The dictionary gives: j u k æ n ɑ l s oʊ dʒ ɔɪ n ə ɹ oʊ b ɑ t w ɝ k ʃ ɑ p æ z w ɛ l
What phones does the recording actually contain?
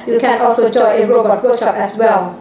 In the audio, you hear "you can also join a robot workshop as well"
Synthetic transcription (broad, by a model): j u k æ n ɑ l s oʊ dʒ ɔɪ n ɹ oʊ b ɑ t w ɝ k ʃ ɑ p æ s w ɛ l